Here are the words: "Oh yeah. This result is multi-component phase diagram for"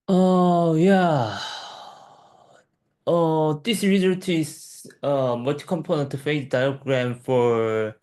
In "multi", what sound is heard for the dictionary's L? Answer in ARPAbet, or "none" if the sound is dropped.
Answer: none